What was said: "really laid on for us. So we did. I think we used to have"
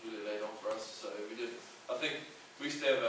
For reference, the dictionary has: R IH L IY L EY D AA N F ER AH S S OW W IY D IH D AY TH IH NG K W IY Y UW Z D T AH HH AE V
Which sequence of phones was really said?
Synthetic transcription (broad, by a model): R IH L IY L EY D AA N F ER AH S S OW W IY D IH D AY TH IH NG K W IY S T AH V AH